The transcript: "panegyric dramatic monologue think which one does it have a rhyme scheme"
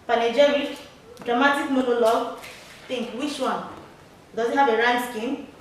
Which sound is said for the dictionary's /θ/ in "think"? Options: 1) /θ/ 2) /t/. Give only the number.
2